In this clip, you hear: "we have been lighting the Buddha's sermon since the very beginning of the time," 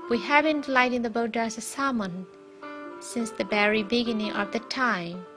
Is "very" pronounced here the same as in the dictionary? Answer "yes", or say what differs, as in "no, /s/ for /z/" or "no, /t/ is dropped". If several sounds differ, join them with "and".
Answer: no, /b/ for /v/